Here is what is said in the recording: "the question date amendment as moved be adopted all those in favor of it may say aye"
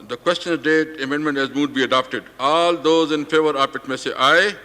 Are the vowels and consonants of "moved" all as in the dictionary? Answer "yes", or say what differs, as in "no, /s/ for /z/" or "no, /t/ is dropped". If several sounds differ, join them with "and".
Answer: no, /v/ is dropped